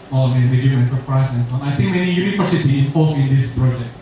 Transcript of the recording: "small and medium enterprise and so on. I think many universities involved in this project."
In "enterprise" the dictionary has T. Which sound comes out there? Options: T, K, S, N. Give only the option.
S